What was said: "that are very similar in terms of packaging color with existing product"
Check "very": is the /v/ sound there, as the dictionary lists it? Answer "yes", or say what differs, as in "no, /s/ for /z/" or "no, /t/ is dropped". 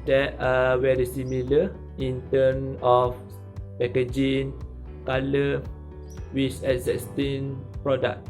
no, /w/ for /v/